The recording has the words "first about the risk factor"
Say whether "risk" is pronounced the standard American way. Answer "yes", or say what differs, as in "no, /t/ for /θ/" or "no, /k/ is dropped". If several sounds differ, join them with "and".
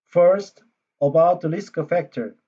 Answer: no, /l/ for /ɹ/